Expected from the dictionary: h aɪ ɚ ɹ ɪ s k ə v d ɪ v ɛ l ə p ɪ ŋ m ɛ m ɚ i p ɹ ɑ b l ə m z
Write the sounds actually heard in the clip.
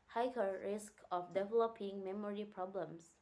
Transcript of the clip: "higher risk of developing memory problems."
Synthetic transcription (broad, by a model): h aɪ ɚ ɹ ɪ s k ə f d ɪ v ɛ l ə p ɪ ŋ m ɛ m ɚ i p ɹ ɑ b l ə m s